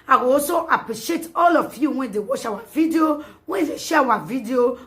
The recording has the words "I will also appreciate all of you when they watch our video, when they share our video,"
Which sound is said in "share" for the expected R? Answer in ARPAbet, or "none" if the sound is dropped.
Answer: W